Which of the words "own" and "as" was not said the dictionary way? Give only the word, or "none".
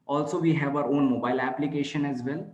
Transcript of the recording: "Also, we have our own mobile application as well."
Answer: none